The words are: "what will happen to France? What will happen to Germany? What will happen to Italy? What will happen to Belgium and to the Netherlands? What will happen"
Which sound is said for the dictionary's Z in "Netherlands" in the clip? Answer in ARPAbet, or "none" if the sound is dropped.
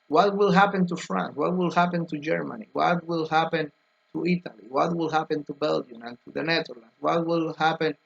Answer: none